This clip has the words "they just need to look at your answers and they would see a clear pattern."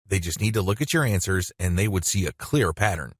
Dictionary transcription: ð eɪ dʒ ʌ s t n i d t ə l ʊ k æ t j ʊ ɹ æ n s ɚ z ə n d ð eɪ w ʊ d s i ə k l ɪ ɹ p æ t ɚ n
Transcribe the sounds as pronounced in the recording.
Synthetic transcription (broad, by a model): ð eɪ dʒ ʌ s t n i d t ə l ʊ k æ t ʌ ɹ æ n s ɚ z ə n ð eɪ w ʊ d s i ə k l ɪ ɹ p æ t ɚ n